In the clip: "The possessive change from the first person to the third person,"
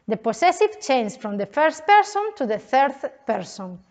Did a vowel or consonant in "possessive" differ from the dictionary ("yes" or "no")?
yes